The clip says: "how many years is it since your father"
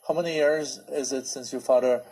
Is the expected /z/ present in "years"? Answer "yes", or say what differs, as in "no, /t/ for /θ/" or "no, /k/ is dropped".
yes